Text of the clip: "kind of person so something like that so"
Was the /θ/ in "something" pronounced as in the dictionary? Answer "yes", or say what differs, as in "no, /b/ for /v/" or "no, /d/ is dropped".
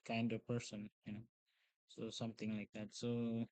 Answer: no, /t/ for /θ/